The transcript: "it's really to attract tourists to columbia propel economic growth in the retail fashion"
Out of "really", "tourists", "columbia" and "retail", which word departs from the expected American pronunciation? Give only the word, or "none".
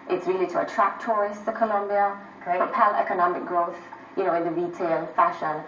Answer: tourists